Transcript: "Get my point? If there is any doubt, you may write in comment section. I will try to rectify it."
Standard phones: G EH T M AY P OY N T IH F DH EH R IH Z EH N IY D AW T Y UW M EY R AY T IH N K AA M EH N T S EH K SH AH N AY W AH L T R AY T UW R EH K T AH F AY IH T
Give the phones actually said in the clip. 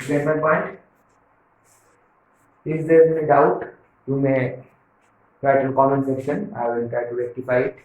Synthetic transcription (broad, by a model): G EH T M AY P OY N T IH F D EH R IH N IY D AW T Y UW M EY R AY T K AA M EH N S EH K SH AH N AY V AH N T R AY T UW R EH K T AH F AY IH T